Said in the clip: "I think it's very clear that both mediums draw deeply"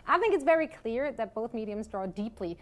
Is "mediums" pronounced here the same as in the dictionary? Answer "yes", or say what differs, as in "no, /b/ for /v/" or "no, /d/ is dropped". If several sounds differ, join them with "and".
yes